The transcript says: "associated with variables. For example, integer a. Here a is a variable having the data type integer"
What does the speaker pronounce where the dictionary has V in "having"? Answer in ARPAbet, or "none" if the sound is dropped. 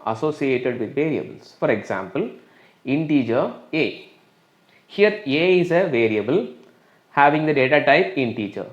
V